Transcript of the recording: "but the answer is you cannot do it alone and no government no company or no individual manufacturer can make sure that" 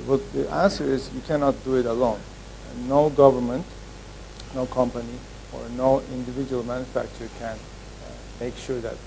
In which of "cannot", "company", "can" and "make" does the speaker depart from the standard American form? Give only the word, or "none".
none